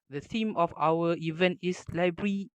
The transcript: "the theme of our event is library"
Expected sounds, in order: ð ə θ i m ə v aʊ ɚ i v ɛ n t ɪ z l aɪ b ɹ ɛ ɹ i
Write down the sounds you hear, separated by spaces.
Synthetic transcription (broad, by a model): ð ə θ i m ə f aʊ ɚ i v ɛ n t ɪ s l aɪ b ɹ ɹ i